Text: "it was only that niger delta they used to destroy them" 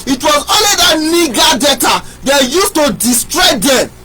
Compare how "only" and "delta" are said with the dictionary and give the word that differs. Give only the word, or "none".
delta